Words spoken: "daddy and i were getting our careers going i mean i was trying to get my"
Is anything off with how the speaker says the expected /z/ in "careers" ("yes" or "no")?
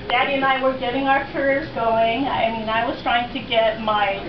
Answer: no